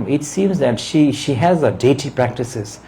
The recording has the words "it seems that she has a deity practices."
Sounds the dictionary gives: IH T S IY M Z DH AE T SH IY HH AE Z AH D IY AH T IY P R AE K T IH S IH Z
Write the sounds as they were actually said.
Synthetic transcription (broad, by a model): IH T S IY M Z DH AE T SH IY HH AE Z AH D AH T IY P R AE K T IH S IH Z